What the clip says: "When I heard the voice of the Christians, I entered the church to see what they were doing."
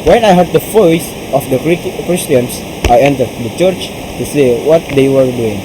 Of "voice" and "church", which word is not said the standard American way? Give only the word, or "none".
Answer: voice